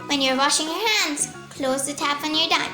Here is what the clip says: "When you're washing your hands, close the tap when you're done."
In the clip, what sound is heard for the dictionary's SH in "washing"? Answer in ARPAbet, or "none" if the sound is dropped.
SH